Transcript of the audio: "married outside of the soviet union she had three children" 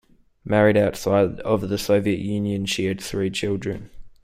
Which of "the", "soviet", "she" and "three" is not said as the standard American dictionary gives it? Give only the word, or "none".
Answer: none